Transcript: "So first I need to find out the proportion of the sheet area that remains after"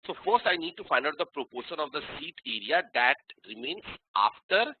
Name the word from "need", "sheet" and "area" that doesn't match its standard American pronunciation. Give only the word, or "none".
sheet